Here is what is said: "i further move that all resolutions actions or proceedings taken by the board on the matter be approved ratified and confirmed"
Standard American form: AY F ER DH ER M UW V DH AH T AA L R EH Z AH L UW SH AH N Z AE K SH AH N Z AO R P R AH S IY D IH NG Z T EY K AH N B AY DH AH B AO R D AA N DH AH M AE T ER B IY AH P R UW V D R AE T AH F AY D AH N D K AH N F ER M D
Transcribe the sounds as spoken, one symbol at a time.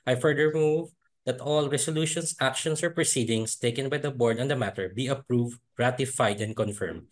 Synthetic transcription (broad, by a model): AY F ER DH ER M UW V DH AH T AA L R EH S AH L UW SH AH N S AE K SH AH N S AO R P R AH S IY D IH NG S T EY K AH N B AY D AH B AO R D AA N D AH M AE T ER B IY AH P R UW V D R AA T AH F AY D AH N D K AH N F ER M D